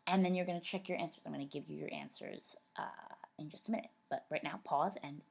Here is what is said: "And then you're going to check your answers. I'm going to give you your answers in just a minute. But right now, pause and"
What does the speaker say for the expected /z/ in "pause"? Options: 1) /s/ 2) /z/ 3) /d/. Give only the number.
2